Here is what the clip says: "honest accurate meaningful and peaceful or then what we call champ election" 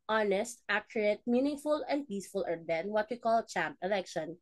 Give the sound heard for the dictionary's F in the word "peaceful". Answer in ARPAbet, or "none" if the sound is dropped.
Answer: F